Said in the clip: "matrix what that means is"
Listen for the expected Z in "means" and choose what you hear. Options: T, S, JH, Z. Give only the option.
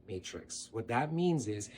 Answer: Z